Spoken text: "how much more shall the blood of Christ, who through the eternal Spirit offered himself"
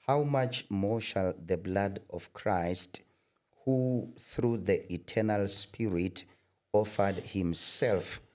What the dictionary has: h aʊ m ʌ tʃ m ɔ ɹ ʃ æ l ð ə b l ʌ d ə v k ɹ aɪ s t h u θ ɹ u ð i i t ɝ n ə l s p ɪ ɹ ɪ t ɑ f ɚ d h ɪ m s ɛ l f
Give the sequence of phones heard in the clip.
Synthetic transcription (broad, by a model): h aʊ m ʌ tʃ m ɔ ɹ ʃ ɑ l ð ə b l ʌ d ə v k ɹ aɪ s t h u θ ɹ u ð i i t ɝ n ə l s p ɪ ɹ ɪ t ɑ f ɚ d h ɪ m s ɛ l f